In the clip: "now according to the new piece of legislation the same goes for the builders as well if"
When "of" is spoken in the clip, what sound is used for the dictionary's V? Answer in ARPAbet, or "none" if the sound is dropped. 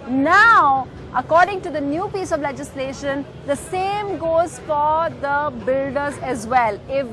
V